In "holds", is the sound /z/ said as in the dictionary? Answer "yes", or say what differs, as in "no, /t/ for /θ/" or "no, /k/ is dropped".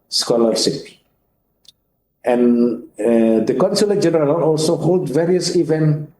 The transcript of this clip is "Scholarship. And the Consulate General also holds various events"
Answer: no, /z/ is dropped